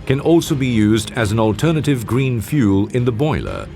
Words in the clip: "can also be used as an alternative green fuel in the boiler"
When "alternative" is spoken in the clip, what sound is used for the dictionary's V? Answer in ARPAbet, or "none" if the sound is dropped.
V